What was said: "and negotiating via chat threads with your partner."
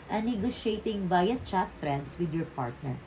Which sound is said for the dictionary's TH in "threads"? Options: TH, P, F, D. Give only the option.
F